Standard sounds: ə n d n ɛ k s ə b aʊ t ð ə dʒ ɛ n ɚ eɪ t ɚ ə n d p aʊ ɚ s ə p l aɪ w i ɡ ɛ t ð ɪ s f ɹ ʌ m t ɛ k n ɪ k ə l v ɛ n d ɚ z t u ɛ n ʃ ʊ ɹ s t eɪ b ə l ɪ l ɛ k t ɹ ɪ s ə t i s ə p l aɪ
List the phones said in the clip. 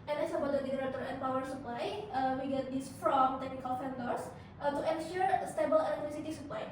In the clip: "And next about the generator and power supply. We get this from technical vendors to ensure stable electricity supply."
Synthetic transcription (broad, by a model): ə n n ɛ s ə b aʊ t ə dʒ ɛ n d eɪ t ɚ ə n p aʊ ɚ s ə p l aɪ w i ɡ ɛ t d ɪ s f ɹ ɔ m t ɛ k n ɪ k ə l f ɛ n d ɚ s t u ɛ n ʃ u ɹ s t eɪ b ə l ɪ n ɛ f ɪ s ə t i s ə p l aɪ